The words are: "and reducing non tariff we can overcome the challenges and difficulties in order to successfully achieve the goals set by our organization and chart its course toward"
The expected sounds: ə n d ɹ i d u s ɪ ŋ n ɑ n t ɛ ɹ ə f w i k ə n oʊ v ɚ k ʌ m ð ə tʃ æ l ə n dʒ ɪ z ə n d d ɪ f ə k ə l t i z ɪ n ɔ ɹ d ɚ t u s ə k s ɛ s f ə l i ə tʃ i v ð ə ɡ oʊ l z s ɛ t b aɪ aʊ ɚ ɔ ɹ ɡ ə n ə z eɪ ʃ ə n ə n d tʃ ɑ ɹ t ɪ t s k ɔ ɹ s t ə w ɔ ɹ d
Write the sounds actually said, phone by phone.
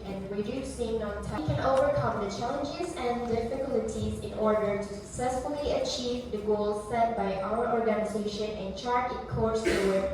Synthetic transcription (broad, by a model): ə n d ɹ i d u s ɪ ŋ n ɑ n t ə k ə n oʊ v ɚ k ʌ m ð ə tʃ æ l ə n dʒ ɪ z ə n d d ɪ f ə k ə l t i z ɪ n ɔ ɹ d ɚ t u s ə k s ɛ s f ə l i ə tʃ i v ð ə ɡ oʊ l z s ɛ t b aɪ aʊ ɚ ɔ ɹ ɡ ə n ə z eɪ ʃ ə n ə n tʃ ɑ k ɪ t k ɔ ɹ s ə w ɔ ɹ